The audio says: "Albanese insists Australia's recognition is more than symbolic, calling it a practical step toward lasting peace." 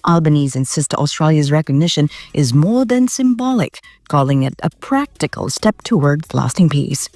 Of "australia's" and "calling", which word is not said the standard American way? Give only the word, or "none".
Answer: none